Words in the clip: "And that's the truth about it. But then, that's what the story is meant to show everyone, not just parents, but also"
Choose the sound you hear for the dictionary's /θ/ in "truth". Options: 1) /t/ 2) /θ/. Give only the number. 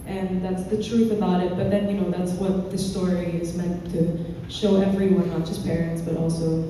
2